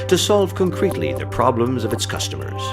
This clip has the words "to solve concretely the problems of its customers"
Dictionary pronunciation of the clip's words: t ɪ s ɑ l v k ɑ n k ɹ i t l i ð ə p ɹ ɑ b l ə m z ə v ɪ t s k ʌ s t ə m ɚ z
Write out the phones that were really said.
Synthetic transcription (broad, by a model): t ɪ s ɑ l v k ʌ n k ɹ i t l i ð ə p ɹ ɑ b l ə m z ə v ɪ t s k ʌ s t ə m ɚ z